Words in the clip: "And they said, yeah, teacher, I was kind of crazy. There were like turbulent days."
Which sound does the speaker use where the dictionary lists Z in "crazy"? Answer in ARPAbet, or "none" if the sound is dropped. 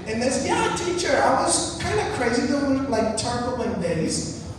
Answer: Z